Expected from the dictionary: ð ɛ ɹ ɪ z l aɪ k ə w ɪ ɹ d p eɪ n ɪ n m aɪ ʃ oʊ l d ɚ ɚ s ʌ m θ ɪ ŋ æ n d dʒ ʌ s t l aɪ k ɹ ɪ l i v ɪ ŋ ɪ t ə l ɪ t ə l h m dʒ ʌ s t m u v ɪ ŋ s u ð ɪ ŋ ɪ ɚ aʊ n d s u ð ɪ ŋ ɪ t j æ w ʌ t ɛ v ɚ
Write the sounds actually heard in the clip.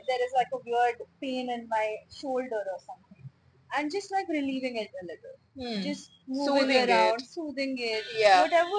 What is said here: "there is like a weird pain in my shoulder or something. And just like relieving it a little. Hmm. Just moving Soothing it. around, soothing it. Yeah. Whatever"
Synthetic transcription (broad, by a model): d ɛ ɹ ɪ z l aɪ k ə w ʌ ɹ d p eɪ n ɪ n m aɪ ʃ oʊ l d ɚ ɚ s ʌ m t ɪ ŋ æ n d dʒ ʌ s t l aɪ k ɹ ɪ l i v ɪ ŋ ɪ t ə l ɪ t ə l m dʒ ʌ s t m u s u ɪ ɪ ɚ aʊ n d s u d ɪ ŋ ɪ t j æ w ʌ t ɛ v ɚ